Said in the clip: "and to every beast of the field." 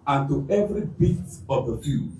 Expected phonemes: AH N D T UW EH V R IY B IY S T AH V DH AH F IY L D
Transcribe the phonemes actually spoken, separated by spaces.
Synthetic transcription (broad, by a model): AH N T UW EH V R IY B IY T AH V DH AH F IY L